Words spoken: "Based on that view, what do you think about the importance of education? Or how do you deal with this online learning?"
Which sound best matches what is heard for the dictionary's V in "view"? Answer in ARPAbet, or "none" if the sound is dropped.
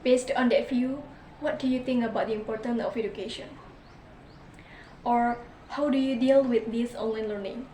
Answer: F